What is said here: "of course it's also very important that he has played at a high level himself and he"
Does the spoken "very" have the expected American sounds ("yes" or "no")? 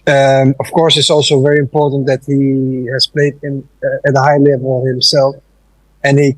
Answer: yes